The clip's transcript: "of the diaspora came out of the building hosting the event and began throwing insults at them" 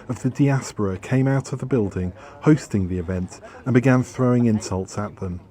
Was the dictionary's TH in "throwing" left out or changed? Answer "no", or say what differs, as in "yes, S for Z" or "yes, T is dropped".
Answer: no